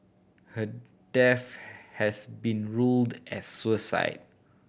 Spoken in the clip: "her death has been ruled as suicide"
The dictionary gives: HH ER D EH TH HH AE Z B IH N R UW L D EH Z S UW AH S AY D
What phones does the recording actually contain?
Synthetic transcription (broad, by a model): HH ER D EH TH HH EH S B IH N R UW L D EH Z S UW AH S AY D